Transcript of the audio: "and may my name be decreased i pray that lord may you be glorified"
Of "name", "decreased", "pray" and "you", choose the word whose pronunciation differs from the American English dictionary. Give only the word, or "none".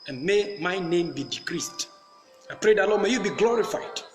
none